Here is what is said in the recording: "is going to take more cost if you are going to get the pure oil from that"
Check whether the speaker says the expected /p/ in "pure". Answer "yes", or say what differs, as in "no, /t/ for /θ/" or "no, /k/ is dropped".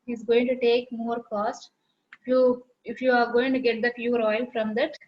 no, /f/ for /p/